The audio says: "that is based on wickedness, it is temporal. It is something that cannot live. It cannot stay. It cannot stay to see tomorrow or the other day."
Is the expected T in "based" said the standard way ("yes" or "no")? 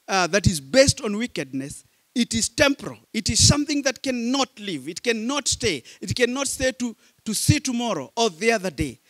yes